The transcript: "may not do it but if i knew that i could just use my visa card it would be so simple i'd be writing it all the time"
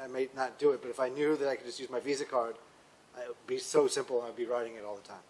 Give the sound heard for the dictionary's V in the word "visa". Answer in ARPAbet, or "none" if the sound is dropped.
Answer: V